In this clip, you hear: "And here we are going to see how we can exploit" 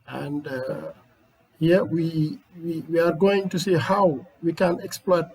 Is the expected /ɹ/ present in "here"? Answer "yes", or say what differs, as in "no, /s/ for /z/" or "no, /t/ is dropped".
no, /w/ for /ɹ/